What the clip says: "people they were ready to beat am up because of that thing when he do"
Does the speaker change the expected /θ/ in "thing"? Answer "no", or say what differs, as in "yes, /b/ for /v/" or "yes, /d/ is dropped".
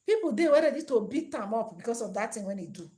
yes, /t/ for /θ/